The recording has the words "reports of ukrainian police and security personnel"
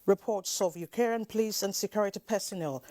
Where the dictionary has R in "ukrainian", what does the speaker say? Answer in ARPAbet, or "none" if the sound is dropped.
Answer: none